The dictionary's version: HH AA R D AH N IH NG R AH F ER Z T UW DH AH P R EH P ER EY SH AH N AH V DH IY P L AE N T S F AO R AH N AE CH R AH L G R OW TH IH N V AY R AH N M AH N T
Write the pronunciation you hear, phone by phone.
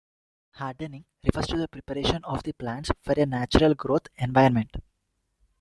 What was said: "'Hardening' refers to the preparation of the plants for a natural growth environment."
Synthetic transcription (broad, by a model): HH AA R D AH N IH NG R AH F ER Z T UW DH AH P R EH P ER EY SH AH N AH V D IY P L AE N T S F AO R AH N AE CH R AH L G R OW T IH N V AY AH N M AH N T